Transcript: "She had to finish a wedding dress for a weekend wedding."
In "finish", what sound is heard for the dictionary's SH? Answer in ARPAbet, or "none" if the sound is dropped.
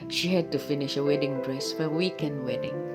SH